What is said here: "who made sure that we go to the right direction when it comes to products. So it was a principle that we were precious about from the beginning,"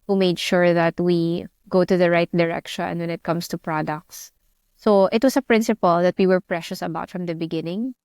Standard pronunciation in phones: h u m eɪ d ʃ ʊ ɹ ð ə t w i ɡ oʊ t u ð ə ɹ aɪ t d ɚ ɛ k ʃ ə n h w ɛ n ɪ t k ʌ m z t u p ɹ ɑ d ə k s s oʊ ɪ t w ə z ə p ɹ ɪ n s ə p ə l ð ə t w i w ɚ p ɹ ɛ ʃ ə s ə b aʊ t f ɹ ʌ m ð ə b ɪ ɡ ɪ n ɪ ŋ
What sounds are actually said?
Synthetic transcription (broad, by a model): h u m eɪ d ʃ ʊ ɹ ð ə t w i ɡ oʊ t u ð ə ɹ aɪ t d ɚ ɛ k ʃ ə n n w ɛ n ɪ t k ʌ m s t u p ɹ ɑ d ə k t s oʊ ɪ t w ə s ə p ɹ ɪ n s ə p ə l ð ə t w i w ɚ p ɹ ɛ ʃ ə s ə b aʊ t f ɹ ʌ m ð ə b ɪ ɡ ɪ n ɪ ŋ